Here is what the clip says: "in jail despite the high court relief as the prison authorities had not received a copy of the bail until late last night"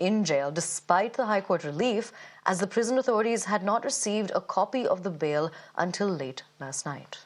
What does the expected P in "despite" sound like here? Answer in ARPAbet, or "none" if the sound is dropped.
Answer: P